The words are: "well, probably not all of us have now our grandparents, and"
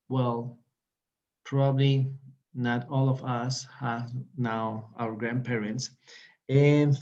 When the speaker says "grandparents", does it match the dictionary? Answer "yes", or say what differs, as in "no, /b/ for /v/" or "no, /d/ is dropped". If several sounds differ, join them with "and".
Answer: yes